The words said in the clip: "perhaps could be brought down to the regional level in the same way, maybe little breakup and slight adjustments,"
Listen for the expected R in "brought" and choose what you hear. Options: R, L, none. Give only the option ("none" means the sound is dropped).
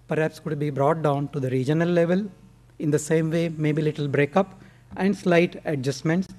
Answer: R